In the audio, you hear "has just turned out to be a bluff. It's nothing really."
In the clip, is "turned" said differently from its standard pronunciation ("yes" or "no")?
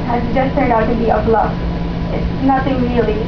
yes